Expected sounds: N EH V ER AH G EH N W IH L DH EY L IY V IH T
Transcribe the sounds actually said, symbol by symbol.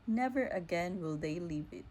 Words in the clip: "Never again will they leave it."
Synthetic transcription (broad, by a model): N EH V ER AH G EH N W IH L DH EY L IY V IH T